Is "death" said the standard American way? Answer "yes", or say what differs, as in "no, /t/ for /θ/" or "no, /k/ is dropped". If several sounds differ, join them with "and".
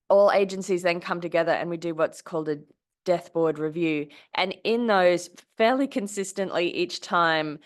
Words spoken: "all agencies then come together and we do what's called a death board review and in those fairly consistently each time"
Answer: yes